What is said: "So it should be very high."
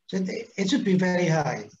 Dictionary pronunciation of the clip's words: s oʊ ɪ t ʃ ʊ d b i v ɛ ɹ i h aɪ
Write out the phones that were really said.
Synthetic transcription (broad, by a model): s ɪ ɪ t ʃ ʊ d b i v ɛ ɹ i h aɪ